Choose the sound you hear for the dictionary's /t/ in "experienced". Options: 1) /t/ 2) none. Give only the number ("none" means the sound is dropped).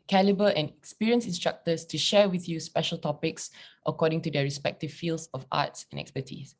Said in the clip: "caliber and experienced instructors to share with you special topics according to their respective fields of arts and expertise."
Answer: 2